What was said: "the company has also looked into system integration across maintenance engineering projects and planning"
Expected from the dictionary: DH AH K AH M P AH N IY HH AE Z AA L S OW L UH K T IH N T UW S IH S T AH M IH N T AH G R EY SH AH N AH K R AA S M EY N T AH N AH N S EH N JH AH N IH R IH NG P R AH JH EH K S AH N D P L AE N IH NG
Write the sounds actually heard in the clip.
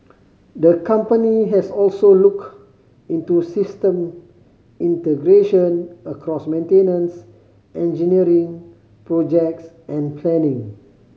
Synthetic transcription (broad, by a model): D AH K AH M P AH N IY HH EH S AA L S OW L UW K IH N T UW S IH S T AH M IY N T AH G R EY SH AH N AH K R AA S M EY N T AH N AH N S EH N JH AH N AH R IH NG P R AH JH EH K S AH N P L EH N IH NG